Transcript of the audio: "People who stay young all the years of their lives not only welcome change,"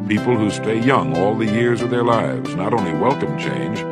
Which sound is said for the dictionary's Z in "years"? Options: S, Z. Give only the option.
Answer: Z